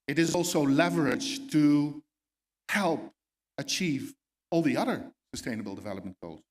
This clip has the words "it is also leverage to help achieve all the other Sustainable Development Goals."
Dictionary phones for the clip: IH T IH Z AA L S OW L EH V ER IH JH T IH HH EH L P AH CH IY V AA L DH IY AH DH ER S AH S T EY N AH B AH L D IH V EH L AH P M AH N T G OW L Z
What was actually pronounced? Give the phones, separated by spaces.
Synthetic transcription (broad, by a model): IH T IH Z AA L S OW L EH V ER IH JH T IH HH EH L P AH CH IY V AA L DH IY AH DH ER S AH S T EY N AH B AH L D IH V EH L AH P M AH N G OW L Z